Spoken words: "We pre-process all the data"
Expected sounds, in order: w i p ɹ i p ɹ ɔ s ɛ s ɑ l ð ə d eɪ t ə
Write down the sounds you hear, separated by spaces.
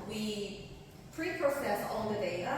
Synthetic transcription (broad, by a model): w i p ɹ i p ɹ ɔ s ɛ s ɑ n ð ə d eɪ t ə